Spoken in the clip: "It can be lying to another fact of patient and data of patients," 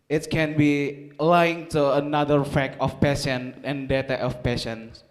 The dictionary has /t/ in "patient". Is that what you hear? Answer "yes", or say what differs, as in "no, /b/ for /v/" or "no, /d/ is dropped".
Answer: no, /t/ is dropped